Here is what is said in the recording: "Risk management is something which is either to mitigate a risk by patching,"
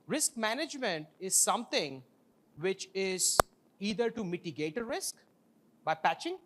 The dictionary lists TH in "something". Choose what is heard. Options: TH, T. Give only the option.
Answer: T